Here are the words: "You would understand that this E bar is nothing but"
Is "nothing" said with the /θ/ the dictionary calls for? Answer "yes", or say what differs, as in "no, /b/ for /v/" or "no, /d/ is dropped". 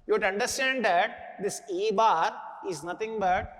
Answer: no, /t/ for /θ/